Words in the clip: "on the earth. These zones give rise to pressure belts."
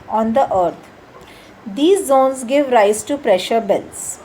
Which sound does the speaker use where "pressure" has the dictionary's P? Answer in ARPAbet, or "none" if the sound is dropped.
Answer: P